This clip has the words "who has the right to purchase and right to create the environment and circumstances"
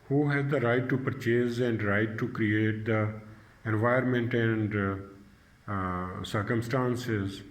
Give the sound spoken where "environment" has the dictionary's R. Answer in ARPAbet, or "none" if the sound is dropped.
none